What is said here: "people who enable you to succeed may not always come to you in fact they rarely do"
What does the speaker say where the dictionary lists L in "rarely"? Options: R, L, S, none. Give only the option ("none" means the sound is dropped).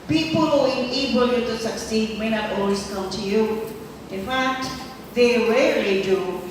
none